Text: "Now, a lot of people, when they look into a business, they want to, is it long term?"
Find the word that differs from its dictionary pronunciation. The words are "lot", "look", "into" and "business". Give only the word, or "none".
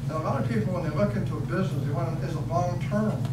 none